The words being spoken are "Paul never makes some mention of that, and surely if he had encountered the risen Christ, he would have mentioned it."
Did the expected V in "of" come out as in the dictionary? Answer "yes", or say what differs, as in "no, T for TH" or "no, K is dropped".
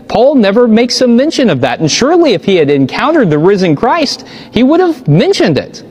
yes